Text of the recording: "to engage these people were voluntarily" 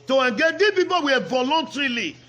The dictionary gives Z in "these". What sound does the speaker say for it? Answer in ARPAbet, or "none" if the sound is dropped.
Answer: none